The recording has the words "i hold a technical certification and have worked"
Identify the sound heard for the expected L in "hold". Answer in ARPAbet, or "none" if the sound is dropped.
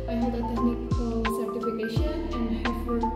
none